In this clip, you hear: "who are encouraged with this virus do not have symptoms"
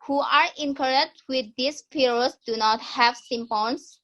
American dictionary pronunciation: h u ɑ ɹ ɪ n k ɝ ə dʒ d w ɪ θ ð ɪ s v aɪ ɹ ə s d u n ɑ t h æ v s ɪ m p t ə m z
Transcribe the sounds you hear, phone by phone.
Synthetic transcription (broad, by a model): h u ɑ ɹ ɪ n k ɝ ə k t w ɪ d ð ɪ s p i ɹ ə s d u n ɑ t h æ v s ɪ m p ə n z